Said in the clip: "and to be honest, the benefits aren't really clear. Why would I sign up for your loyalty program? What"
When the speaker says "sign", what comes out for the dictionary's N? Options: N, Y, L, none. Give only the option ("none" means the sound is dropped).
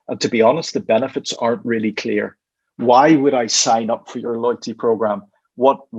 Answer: N